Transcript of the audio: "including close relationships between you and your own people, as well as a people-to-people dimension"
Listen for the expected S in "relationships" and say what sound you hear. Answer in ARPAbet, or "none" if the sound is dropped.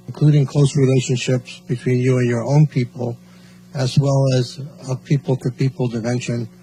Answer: S